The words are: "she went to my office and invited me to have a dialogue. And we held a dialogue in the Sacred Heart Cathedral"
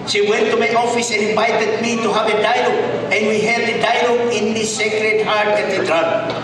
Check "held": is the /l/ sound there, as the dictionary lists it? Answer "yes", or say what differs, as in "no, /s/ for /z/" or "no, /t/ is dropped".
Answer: no, /l/ is dropped